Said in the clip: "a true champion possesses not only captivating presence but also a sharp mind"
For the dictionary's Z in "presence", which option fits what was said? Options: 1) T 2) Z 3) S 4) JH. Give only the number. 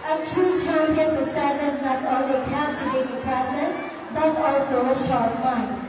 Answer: 3